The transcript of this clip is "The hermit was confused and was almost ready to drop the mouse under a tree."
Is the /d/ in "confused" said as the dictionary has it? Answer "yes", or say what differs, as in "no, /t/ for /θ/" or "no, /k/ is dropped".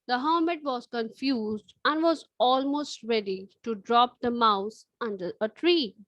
yes